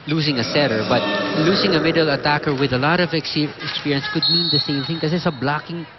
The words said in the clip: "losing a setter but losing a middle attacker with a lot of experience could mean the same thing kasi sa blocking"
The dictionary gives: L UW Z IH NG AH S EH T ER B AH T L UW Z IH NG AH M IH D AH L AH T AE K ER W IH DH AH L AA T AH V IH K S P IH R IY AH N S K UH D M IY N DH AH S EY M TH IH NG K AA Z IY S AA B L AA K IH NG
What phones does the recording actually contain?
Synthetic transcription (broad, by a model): L UW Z IH NG AH S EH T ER B AH T L UW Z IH NG AH M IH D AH L AH T AE K ER W IH DH AH L AA T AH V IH K S P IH R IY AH N S K UH D M IY N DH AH S EY M TH IH NG K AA S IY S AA B L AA K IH NG